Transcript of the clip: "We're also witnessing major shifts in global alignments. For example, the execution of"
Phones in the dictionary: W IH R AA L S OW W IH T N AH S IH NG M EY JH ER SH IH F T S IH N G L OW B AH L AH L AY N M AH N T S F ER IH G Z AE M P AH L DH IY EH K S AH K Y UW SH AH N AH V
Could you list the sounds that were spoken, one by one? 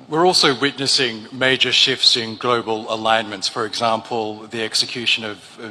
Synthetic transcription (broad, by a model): W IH R AA L S OW W IH T N AH S IH NG M EY JH ER SH IH F T S IH N G L OW B AH L AH L AY N M AH N T S F ER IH G Z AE M P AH L DH IY EH K S AH K Y UW SH AH N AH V